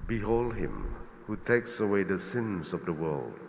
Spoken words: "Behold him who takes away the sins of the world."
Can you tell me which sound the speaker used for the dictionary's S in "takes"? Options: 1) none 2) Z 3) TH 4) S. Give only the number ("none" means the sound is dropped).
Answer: 4